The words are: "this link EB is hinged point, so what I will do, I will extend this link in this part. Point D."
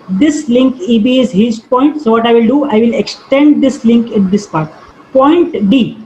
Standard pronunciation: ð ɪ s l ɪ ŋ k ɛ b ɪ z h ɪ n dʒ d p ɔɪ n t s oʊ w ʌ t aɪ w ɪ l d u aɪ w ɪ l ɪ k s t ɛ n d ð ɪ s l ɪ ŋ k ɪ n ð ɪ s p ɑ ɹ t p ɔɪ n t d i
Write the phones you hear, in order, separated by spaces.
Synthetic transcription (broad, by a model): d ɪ s l ɪ ŋ k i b ɪ z h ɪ dʒ p ɔɪ n t s oʊ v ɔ t aɪ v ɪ l d u aɪ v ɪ l ɪ k s t ɛ n d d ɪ s l ɪ ŋ k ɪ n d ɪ s p ɑ ɹ t p ɔɪ n t d i